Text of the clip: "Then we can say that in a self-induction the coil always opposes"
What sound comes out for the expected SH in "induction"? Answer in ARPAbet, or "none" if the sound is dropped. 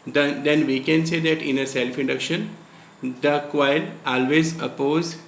SH